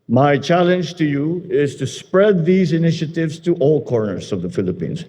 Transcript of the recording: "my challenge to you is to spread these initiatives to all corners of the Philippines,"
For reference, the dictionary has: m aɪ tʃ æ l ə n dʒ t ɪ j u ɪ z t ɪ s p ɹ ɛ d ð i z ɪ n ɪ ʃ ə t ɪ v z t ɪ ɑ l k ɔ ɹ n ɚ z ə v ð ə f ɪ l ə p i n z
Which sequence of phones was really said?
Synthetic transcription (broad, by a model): m aɪ tʃ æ l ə n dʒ t ɪ j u ɪ z t ɪ s p ɹ ɛ d ð i z ɪ n ɪ ʃ ə t ɪ v z t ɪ ɑ l k ɔ ɹ n ɚ z ə v ð ə f ɪ l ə p i n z